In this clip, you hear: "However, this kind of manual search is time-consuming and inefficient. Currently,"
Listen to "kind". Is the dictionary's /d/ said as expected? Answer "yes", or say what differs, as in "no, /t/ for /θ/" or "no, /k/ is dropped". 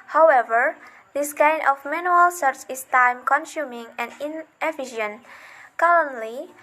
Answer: no, /d/ is dropped